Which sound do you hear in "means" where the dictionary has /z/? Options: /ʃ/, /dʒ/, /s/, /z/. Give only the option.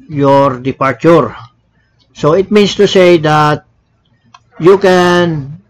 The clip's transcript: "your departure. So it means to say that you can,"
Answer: /s/